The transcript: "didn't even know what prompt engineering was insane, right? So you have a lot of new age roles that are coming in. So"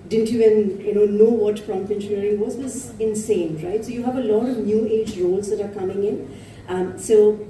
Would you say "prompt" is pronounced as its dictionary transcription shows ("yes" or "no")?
no